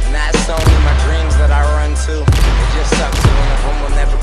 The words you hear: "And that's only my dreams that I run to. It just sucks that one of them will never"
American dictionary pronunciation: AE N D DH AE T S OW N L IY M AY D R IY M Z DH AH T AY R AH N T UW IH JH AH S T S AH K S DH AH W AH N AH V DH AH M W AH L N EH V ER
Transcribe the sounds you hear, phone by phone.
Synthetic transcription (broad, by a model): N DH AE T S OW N IY M AY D R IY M Z DH AH T AY R AH N T UW IH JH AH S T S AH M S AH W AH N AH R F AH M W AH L N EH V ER